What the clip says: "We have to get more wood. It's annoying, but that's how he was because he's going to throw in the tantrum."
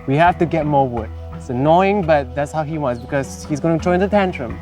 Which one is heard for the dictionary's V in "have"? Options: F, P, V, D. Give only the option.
F